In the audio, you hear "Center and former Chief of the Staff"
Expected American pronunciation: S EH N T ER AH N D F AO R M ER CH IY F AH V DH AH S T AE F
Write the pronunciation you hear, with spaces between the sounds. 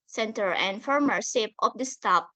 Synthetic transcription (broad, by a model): S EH N T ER AH N D F AO R M ER S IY P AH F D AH S T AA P